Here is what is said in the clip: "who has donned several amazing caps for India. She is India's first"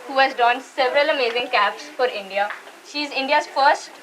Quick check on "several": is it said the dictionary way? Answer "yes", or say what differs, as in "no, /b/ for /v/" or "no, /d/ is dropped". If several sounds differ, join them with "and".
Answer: yes